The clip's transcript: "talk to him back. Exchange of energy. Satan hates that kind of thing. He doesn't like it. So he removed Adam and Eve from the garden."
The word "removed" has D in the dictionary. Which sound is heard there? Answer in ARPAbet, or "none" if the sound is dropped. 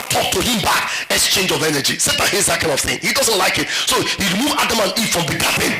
none